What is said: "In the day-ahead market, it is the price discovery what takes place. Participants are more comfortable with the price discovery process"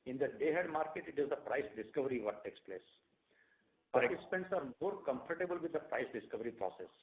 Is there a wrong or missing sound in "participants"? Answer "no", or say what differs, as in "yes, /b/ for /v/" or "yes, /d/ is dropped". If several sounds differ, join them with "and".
no